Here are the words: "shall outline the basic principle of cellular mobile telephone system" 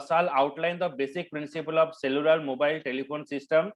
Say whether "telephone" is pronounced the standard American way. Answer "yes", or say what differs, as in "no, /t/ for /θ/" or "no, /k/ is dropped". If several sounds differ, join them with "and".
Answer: no, /p/ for /f/